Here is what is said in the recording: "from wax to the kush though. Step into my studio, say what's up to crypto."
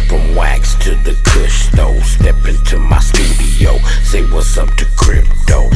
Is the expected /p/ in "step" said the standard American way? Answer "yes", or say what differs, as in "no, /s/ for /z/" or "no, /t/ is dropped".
yes